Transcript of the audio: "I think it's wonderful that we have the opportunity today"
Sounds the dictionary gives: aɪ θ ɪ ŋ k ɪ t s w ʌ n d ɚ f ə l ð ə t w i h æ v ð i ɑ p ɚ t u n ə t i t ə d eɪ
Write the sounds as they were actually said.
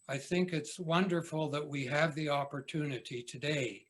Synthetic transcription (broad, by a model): aɪ θ ɪ ŋ k ɪ t s w ʌ n d ɚ f l ð ə t w i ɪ v ð i ɑ p ɚ t u n ə t i t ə d eɪ